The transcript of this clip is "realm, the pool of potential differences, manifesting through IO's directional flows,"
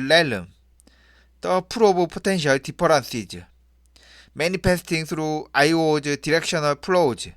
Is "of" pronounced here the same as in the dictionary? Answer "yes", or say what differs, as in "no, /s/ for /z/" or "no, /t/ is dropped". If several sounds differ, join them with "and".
no, /b/ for /v/